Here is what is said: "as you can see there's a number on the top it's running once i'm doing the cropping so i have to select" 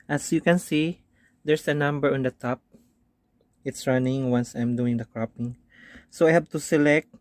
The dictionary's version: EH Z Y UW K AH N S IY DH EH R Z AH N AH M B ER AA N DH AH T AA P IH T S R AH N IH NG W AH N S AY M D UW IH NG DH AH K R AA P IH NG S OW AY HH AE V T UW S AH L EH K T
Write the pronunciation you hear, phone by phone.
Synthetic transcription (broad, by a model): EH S Y UW K AH N S IY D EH R S AH N AH M B ER AA N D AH T AA P IH T S R AH N IH NG W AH N S AY M D UW IH NG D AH K R AA P IH NG S OW AY HH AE B T UW S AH L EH K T